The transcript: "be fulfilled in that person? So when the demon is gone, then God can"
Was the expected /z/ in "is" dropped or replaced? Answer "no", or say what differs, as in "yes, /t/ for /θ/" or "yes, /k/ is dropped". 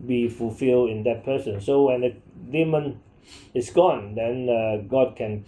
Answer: yes, /s/ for /z/